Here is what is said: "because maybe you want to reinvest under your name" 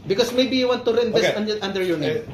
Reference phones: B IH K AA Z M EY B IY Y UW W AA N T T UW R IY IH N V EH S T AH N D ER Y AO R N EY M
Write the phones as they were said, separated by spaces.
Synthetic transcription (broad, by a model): B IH K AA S M EY B IY Y UW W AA N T T UW R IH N EH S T AH N D ER Y AO R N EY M